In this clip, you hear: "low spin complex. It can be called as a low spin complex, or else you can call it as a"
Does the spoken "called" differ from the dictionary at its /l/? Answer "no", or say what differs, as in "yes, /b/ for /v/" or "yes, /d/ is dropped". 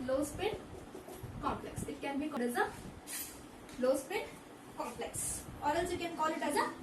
yes, /l/ is dropped